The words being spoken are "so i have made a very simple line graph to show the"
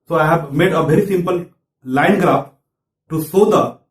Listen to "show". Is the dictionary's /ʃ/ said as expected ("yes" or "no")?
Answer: no